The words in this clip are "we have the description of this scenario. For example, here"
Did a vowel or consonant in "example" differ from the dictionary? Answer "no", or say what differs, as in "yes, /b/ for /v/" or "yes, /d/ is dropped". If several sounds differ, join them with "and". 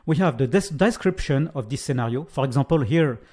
yes, /m/ is dropped